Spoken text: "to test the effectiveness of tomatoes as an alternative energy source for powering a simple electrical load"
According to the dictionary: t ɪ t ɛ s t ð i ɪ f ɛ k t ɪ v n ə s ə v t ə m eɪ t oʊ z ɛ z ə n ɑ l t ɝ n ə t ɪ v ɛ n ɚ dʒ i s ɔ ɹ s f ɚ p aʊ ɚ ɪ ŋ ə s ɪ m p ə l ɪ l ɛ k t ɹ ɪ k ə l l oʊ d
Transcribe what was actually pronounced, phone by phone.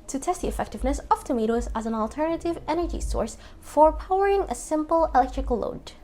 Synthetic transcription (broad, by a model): t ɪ t ɛ s t ð i ɪ f ɛ k t ɪ v n ə s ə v t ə m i t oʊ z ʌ z ə n ɑ l t ɝ n ə t ɪ v ɛ n ɚ dʒ i s ɔ ɹ s f ɚ p aʊ ɚ ɪ ŋ ə s ɪ m p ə l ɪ l ɛ k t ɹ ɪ k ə l l oʊ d